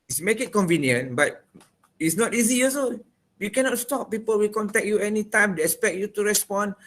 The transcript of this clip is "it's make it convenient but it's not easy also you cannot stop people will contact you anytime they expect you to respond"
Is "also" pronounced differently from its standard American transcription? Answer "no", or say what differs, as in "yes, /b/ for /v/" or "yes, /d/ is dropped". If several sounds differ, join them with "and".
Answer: yes, /l/ is dropped